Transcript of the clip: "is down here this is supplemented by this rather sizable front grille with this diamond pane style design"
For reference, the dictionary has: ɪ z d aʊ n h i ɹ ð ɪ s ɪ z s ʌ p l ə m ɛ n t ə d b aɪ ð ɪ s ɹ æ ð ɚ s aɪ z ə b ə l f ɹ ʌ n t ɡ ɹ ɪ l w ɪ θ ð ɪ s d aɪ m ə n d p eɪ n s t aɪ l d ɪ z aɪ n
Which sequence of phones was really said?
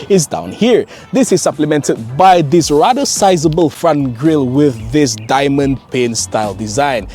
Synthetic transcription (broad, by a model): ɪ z d aʊ n h i ɹ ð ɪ s ɪ z s ʌ p l ə m ɛ n t ə d b aɪ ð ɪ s ɹ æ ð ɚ s aɪ z ə b ə l f ɹ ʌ n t ɡ ɹ ɪ l w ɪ ð ɪ s d aɪ m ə n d p eɪ n s t aɪ l d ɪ z aɪ n